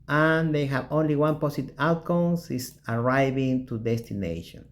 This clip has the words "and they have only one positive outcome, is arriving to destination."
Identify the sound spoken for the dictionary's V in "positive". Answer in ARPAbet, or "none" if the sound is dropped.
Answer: none